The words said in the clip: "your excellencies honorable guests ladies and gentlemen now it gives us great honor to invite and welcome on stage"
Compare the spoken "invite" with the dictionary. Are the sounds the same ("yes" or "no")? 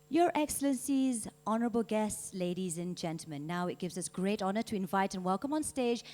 yes